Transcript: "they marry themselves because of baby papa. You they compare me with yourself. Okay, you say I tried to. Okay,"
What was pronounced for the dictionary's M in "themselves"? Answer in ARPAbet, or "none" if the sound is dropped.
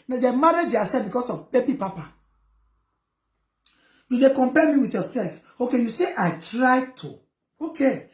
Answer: none